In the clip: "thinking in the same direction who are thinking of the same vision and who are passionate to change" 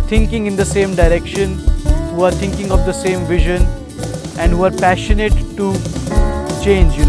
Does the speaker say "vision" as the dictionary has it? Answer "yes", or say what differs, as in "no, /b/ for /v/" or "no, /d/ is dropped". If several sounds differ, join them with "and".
yes